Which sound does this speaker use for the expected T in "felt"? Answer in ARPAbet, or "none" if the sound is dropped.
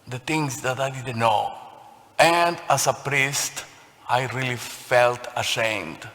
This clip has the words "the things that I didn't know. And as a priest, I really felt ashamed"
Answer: T